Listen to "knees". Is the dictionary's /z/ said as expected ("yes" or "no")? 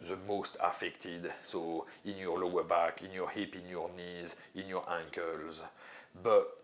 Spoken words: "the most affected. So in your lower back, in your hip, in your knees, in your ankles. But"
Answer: yes